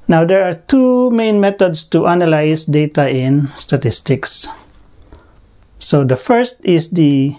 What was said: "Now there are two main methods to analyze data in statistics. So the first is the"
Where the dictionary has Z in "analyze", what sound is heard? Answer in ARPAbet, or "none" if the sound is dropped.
S